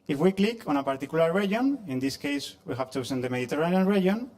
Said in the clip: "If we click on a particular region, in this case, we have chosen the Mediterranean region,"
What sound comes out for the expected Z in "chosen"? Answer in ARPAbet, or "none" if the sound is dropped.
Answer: S